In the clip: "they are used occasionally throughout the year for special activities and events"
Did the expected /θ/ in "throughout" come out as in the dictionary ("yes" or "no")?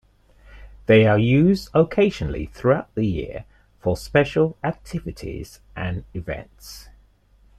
yes